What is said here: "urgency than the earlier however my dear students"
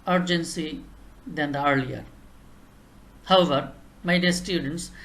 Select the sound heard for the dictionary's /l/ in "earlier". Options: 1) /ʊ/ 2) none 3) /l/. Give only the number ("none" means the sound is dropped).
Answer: 3